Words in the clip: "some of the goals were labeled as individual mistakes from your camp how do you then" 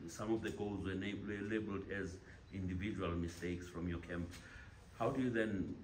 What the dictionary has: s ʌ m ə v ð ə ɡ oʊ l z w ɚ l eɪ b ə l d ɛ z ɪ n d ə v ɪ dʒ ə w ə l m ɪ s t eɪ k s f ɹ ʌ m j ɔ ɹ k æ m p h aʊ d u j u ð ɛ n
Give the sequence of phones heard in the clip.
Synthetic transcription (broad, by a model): s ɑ m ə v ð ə ɡ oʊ l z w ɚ l eɪ b ə l d ɛ z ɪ n d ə v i dʒ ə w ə l m ɪ s t eɪ k s f ɹ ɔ m j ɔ k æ m p h aʊ d u j u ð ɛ n